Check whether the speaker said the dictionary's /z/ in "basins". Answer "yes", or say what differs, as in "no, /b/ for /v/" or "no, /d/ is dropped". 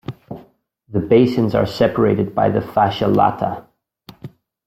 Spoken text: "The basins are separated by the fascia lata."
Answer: yes